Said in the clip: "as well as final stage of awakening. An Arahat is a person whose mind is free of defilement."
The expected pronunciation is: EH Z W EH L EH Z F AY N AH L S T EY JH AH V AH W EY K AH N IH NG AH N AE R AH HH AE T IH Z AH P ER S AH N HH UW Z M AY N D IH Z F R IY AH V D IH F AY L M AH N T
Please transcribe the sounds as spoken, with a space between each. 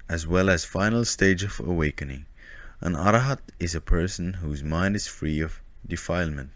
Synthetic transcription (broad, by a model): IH Z W EH L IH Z F AY N L S T EY JH AH V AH W EY K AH N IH NG AH N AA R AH HH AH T IH Z AH P ER S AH N HH UW Z M AY N D IH Z F R IY AH V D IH F AY L M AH N T